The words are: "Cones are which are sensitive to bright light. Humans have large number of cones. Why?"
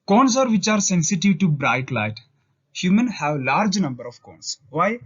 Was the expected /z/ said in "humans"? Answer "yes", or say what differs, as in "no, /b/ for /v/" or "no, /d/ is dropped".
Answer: no, /z/ is dropped